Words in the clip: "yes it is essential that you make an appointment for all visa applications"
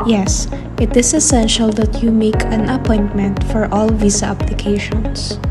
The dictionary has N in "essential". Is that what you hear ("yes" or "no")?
yes